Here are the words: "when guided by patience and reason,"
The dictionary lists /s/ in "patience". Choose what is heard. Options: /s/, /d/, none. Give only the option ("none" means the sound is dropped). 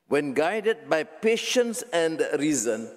/s/